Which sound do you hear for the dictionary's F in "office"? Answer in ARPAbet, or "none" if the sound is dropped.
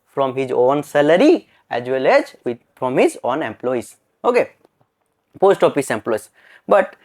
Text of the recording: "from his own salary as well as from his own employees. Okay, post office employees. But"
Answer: P